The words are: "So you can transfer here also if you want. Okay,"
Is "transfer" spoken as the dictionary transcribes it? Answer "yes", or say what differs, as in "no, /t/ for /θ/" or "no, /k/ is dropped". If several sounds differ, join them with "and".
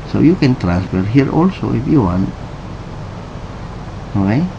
yes